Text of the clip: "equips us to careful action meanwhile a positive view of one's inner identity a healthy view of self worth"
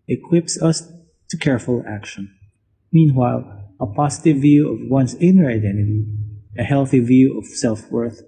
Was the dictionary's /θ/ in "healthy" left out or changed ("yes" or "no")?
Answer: no